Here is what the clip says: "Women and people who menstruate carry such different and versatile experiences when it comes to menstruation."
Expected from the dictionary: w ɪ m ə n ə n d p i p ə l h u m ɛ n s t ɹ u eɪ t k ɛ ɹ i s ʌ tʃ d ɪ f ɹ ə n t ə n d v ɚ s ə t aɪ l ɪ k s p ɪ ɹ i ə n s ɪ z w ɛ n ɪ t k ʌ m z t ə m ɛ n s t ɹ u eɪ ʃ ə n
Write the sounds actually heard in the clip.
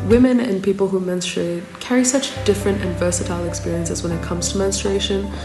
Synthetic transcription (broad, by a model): w ɪ m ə n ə n p i p ə l h u m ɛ n s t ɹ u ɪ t k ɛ ɹ i s ʌ tʃ d ɪ f ɹ ə n t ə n v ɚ s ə t aɪ l ɪ k s p ɪ ɹ i ə n s ɪ z w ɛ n ɪ t k ʌ m z t ə m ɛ n s t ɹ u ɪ ʃ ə n